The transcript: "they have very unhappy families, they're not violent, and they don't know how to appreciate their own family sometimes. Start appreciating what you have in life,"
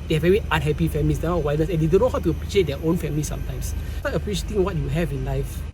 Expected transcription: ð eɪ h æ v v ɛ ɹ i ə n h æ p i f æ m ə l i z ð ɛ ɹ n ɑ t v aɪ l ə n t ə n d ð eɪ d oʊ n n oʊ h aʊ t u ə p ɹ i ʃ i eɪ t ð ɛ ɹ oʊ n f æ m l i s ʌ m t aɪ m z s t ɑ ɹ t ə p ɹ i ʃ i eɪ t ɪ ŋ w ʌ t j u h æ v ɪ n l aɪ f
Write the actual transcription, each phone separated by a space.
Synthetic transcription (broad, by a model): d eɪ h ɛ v v ɛ ɹ i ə n h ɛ p i f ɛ m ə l i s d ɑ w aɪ n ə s ə n d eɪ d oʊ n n h aʊ t u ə p ɹ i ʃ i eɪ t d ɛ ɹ oʊ n f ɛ m l i s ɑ m t aɪ m s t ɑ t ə p ɹ i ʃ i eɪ t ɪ ŋ w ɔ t j u h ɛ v ɪ n l aɪ f